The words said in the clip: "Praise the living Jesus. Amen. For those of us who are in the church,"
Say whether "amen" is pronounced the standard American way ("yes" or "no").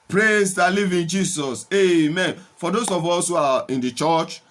yes